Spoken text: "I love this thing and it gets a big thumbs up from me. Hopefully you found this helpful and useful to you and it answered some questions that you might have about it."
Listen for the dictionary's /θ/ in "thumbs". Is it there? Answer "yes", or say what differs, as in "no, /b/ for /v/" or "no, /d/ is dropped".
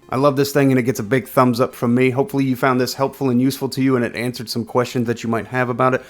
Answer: yes